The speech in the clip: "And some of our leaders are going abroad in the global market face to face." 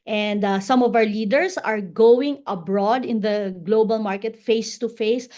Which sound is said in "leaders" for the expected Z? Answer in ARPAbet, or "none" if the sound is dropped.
S